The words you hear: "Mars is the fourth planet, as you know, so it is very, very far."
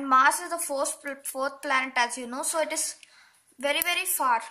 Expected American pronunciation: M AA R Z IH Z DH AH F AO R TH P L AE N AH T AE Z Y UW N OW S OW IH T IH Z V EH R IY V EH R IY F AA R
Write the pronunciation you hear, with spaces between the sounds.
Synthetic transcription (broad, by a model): M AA R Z IH Z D AH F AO R T P L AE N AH T AE Z Y UW N OW S OW IH T IH Z V EH R IY V EH R IY F AA R